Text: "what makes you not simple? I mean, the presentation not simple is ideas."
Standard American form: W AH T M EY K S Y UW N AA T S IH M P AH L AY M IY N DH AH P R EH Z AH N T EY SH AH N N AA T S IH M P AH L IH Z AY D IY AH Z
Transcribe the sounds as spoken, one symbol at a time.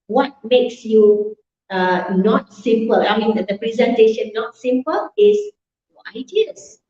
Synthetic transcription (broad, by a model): W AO T M EY K S Y UW N AA T S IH M P AH L AY M IY N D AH P R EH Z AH N T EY SH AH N N AA T S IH M P AH L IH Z AY D IY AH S